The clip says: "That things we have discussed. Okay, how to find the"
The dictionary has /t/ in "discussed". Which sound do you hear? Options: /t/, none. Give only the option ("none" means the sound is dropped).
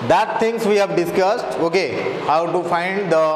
/t/